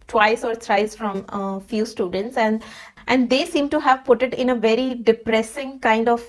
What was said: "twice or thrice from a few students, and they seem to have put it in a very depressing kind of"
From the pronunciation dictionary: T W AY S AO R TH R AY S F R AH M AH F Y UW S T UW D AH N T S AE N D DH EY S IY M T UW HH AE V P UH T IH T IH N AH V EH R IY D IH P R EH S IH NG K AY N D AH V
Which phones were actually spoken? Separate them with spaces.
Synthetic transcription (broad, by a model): T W AY S AO R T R AY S F R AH M F Y UW S T UW D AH N T S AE N D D EY S IY M T UW HH AE V P UH T IH T IH N AH V EH R IY D IH P R EH S IH NG K AY N D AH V